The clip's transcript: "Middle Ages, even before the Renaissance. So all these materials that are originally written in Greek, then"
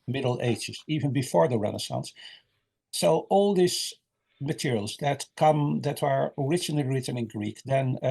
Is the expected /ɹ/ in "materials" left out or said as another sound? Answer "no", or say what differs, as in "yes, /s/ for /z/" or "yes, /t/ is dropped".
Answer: no